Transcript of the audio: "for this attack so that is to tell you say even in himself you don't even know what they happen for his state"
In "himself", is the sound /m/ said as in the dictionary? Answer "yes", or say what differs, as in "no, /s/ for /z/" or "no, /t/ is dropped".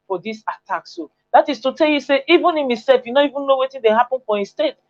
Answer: no, /m/ is dropped